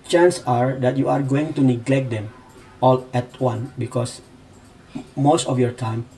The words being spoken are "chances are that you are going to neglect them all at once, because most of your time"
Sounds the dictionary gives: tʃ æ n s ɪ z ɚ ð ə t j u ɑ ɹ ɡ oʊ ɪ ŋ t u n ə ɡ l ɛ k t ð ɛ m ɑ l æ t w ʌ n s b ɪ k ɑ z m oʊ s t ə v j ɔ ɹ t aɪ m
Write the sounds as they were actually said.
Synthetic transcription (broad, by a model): tʃ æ n s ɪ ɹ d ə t j u ɑ ɹ ɡ oʊ ɪ ŋ t u n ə ɡ l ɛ k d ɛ m ɑ l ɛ t w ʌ n b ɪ k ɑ s m oʊ s t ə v j ɔ ɹ t aɪ m